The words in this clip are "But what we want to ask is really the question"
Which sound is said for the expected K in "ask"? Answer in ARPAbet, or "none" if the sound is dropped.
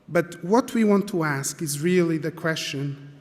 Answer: K